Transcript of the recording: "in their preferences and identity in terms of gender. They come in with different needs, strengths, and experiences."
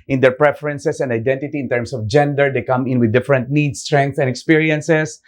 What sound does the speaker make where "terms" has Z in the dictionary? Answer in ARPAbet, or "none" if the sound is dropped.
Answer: S